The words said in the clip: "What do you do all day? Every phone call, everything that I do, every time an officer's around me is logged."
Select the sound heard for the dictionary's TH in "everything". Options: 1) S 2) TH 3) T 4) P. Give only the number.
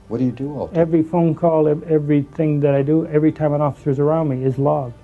2